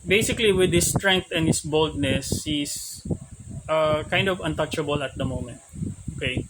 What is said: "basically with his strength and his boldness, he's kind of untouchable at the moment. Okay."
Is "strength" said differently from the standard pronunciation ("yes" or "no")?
yes